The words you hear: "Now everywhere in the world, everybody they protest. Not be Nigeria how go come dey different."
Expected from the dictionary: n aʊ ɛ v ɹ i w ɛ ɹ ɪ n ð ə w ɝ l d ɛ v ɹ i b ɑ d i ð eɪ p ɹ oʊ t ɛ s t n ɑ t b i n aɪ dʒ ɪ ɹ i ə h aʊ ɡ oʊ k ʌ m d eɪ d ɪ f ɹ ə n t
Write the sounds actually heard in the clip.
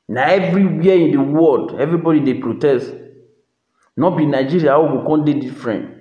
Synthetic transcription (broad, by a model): n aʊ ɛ v ɹ i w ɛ ɪ n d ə w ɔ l d ɛ v ɹ i b ɑ d i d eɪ p ɹ oʊ t ɛ s t n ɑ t b i n aɪ dʒ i ɹ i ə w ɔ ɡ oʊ k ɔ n d eɪ d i f ɹ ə n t